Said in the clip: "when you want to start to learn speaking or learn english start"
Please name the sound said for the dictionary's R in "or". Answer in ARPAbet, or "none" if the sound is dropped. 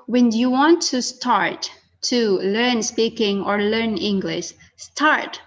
R